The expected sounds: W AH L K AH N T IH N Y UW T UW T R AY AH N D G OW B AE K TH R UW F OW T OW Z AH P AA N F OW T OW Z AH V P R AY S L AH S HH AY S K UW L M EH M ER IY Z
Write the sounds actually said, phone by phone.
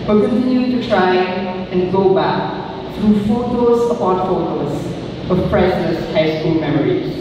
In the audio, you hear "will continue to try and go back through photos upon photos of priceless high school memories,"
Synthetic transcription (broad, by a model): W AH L K AH N T IH N Y UW T UW T R AY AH N G OW B AE K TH R UW F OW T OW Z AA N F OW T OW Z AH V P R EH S AH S HH AY S K UW L M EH M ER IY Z